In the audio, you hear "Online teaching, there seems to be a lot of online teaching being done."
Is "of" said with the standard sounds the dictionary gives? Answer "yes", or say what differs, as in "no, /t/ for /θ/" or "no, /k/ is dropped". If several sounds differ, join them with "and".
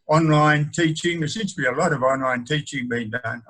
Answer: yes